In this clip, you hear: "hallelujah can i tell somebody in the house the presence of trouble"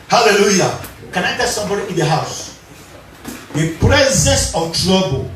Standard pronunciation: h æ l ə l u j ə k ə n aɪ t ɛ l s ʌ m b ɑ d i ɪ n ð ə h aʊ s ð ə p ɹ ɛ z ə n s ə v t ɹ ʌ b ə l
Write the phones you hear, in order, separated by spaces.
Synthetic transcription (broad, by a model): h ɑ l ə l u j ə k ə n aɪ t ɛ s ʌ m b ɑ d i ɪ n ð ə h aʊ s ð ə p ɹ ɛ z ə s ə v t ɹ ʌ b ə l